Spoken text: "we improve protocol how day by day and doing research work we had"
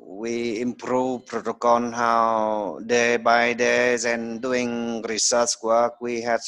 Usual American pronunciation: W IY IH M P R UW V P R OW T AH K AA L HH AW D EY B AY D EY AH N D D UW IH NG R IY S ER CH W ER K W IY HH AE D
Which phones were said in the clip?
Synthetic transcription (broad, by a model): W IY IH M P R UW V P R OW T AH K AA N HH AW D EY B AY D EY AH N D D UW IH NG R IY S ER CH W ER K W IY HH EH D